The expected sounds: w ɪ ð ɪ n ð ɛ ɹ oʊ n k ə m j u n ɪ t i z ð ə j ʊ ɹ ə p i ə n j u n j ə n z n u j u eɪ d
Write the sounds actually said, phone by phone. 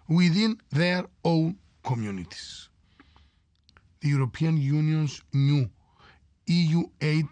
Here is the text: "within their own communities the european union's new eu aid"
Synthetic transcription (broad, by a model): w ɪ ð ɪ n ð ɛ ɹ oʊ n k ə m j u n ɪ t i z ð ə j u ɹ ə p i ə n j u n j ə n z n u j u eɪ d